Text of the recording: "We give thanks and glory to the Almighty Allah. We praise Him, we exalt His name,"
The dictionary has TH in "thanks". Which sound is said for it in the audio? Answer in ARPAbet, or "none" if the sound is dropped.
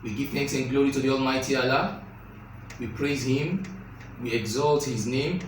TH